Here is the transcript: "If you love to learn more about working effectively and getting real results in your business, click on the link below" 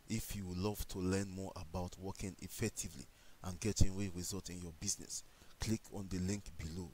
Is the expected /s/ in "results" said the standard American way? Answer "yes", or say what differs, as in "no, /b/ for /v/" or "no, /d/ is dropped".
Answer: no, /s/ is dropped